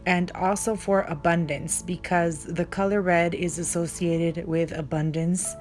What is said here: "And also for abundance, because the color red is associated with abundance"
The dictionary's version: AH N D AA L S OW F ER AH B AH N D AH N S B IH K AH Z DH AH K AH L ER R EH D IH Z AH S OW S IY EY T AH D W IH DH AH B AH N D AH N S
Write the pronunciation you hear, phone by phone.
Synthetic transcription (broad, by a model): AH N D AA L S OW F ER AH B AH N D AH N S B IH K AH Z DH AH K AH L ER R EH D IH Z AH S OW S IY EY T AH D W IH DH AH B AH N D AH N S